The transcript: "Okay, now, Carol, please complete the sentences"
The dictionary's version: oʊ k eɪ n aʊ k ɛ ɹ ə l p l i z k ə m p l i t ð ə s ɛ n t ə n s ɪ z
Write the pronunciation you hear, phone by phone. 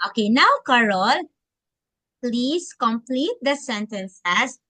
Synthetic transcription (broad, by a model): oʊ k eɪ n aʊ k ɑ ɹ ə l p l i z k ə m p l i t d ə s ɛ n t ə n s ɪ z